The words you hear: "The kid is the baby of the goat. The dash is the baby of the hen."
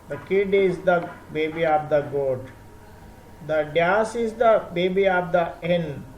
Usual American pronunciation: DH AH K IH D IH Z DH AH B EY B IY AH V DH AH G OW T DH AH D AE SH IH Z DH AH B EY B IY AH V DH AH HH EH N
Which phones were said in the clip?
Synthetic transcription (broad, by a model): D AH K IH D IH Z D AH B EY B IY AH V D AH G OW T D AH D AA S IH Z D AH B EY B IY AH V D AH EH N